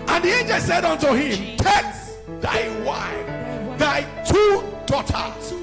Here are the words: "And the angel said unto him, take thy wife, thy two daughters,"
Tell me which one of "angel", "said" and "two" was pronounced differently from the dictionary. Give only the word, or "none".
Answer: none